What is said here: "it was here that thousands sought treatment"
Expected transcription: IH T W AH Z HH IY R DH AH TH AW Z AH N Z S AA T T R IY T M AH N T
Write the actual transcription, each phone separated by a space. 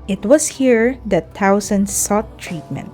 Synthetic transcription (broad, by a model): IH T W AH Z HH IY R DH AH T AW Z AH N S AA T T R IY T M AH N T